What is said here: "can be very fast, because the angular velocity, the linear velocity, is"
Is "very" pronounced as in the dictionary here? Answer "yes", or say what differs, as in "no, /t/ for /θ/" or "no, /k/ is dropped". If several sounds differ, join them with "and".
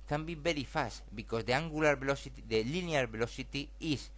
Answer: no, /b/ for /v/